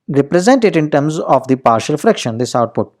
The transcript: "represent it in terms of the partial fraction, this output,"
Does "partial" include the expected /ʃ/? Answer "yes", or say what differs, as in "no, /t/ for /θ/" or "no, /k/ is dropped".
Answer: yes